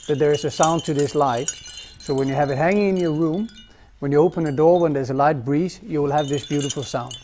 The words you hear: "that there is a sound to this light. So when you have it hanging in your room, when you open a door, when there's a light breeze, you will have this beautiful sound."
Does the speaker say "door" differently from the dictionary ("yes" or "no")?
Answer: no